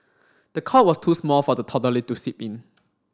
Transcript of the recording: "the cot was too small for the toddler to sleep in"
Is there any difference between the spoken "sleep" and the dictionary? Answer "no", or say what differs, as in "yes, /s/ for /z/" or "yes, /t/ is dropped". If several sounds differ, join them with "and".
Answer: yes, /l/ is dropped